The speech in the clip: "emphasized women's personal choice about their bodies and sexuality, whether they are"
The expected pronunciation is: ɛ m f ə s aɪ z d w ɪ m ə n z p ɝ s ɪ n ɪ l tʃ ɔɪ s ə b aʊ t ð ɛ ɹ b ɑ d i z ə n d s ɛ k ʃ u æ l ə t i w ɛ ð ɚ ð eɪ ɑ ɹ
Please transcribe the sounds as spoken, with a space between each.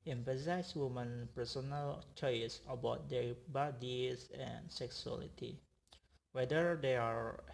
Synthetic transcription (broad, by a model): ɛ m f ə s aɪ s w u m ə n p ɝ s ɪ n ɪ l tʃ ɔɪ s ə b aʊ t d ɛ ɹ b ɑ d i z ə n s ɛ k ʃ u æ l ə t i w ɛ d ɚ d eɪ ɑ ɹ